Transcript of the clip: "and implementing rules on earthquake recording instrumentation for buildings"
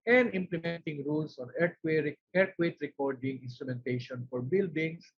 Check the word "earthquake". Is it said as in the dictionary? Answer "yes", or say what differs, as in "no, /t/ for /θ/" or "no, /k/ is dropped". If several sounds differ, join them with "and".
no, /t/ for /θ/